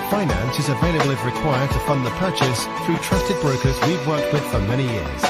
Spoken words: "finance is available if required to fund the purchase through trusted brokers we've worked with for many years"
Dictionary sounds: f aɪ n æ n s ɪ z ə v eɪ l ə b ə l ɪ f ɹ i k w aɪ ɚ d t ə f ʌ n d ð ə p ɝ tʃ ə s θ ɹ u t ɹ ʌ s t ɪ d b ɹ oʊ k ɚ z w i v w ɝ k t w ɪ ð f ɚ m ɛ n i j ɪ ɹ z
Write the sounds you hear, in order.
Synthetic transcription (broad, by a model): f aɪ n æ n s ɪ z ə v eɪ l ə b l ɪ ɹ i k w aɪ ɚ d t ə f ʌ n ð ə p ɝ tʃ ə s θ ɹ u t ɹ ʌ s t ɪ d b ɹ oʊ k ɚ z w i v w ɝ k t w ɪ ð f ɚ m ɛ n i j ɪ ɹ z